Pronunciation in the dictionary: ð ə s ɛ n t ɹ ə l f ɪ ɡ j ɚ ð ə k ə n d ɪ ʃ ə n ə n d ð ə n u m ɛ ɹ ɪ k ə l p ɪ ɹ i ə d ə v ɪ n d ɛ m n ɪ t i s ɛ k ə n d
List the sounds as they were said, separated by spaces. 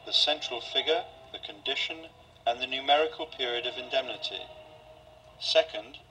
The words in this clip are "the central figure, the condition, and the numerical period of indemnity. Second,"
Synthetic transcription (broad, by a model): ð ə s ɛ n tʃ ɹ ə l f ɪ ɡ j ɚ ð ə k ə n d ɪ ʃ ə n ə n ð ə n u m ɛ ɹ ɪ k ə l p ɪ ɹ i ə d ə v ɪ n d ɛ m n ɪ t i s ɛ k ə n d